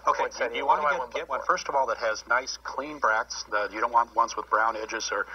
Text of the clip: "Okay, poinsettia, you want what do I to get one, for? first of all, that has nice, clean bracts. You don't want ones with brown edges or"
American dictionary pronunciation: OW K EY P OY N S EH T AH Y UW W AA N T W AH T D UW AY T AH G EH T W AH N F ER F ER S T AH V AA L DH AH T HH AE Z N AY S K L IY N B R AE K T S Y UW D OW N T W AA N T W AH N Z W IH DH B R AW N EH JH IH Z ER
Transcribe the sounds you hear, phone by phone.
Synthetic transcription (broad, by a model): OW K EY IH S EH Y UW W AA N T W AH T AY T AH G EH T W AH N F F ER S T AH V AA L DH AH T HH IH Z N AY S K L IY N B R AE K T S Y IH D OW N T W AA N T W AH N S W IH DH B R AW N EH JH IH Z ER